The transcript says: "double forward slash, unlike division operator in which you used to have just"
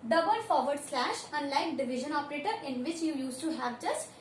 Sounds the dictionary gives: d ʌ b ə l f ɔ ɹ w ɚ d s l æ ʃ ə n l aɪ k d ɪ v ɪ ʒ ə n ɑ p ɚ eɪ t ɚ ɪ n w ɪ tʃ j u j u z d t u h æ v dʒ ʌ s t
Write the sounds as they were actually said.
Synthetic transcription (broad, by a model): d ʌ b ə l f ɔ ɹ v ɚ d s l æ ʃ ə n l aɪ k d ɪ v ɪ ʒ ə n ɑ p ɚ eɪ t ɚ ɪ n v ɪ tʃ j u j u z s t u h æ v dʒ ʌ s t